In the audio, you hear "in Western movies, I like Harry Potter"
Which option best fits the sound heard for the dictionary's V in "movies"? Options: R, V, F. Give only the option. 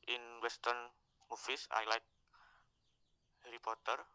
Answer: F